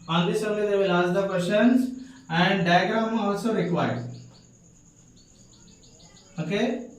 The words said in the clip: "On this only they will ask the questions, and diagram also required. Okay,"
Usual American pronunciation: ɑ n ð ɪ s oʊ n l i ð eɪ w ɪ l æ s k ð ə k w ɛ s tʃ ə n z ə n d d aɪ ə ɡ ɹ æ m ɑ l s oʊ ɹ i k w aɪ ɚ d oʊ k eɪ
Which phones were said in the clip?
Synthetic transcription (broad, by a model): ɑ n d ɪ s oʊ l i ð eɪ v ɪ l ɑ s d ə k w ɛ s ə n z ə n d d aɪ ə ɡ ɹ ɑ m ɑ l s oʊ ɹ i k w aɪ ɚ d oʊ k eɪ